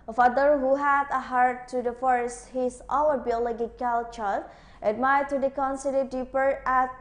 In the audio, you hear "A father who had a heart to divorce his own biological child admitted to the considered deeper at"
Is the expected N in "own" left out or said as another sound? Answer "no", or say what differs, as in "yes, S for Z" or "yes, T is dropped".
yes, L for N